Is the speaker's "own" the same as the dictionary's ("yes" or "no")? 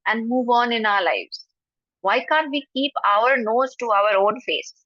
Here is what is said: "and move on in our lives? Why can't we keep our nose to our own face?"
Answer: no